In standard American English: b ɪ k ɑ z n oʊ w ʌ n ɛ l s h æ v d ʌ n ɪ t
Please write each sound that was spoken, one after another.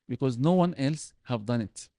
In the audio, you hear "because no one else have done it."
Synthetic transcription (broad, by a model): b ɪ k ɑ z n oʊ w ʌ n ɛ l s h æ v d ʌ n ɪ t